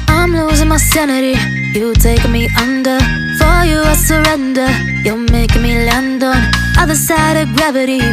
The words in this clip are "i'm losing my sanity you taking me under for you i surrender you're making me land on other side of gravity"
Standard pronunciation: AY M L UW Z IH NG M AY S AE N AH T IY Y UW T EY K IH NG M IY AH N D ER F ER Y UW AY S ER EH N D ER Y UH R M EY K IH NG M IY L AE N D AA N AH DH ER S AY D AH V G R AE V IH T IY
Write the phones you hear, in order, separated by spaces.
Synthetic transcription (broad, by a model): AY M L UW Z IH NG M AY S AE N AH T IY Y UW T EY IH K M IY AH N D ER F ER Y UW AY S ER EH N D ER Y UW L M EY IH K M IY L AE N D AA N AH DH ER S AY D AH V G R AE V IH T IY